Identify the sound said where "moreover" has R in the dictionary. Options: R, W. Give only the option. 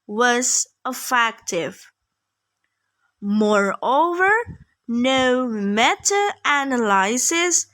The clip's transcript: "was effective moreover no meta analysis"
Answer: R